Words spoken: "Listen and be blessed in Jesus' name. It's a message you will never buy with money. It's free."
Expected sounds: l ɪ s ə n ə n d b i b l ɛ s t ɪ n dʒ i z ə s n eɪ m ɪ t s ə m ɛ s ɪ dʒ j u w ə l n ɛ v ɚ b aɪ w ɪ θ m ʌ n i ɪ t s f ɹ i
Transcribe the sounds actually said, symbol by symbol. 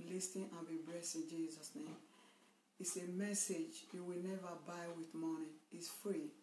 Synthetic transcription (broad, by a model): l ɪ s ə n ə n b i b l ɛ s ɪ n dʒ i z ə s n eɪ m ɪ t s ə m ɛ s ɪ dʒ j u w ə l n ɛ v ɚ b aɪ w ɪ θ m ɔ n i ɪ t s f ɹ i